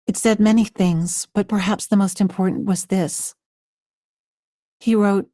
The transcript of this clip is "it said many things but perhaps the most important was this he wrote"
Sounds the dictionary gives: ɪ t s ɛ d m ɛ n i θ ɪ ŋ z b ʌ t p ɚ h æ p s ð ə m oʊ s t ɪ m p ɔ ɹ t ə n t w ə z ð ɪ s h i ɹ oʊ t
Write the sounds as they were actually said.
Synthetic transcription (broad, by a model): ɪ t s ɛ d m ɛ n i θ ɪ ŋ z b ʌ t p ɚ h æ p s ð ə m oʊ s t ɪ m p ɔ ɹ t n t w ə z ð ɪ s h i ɹ oʊ t